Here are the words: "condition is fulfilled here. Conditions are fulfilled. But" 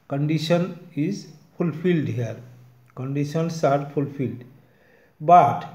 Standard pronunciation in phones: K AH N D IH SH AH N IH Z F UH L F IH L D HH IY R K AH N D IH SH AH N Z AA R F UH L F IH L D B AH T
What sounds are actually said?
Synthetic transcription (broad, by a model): K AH N D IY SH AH N IH Z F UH L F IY L D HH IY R K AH N D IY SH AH N S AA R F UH L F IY L D B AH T